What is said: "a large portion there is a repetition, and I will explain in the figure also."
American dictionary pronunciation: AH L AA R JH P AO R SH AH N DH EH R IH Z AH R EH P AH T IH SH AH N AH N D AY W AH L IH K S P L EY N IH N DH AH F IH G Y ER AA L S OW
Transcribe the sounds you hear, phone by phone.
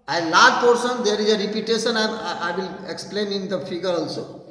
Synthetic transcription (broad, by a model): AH L AA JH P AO R S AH N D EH R IH Z AH R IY P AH T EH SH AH N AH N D AY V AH L IH K S P L EY N IH N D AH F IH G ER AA L S OW